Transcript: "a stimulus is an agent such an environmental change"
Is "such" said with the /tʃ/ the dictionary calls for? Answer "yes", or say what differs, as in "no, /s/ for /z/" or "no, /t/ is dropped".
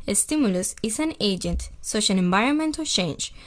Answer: no, /ʃ/ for /tʃ/